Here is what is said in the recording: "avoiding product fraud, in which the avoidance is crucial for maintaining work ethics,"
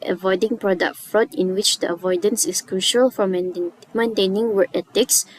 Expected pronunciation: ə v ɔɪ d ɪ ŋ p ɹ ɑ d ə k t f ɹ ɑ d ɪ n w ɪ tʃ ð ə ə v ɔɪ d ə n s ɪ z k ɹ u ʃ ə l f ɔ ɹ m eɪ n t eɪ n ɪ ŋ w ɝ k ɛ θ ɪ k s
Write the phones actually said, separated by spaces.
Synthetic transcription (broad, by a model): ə v ɔɪ d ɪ ŋ p ɹ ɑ d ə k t f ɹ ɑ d ɪ n w ɪ tʃ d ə ə v ɔɪ d ə n s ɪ s k ɹ u ʃ ə l f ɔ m m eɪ n t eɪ n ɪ ŋ w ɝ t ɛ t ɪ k s